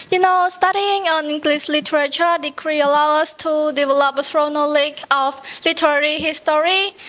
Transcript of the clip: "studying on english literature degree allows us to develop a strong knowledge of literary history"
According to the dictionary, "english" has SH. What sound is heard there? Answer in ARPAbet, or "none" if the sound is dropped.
S